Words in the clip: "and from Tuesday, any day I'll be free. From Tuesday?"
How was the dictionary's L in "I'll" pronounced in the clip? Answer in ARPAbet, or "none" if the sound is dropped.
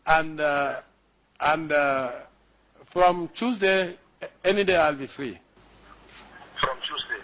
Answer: L